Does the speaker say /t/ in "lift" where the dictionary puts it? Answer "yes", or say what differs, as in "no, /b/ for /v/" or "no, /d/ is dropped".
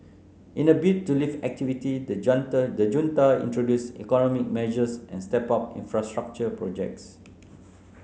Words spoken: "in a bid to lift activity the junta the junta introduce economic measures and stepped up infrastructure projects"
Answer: no, /t/ is dropped